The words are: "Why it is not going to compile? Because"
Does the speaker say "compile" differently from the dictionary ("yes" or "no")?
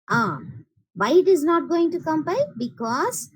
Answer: yes